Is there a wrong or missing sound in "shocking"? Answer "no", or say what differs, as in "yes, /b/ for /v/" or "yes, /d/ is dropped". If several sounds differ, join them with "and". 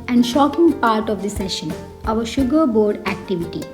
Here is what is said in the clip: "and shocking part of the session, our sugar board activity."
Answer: no